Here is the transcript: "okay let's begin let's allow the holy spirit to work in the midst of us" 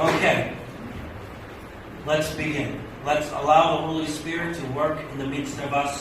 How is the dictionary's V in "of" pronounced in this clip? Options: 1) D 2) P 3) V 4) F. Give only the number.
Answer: 3